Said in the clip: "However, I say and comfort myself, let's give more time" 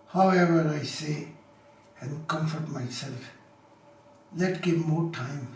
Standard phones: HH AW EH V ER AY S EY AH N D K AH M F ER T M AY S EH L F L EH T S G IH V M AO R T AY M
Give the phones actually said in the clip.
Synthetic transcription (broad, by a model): HH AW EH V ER AY S EY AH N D K AH M F ER T M AY S EH L F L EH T G IH V M AO R T AY M